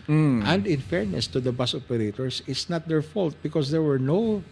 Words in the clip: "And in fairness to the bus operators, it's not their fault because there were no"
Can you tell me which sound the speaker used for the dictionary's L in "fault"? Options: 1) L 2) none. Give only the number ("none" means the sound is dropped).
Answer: 1